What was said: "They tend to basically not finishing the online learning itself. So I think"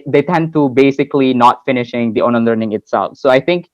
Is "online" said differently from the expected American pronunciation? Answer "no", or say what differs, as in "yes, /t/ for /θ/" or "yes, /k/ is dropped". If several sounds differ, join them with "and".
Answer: yes, /l/ is dropped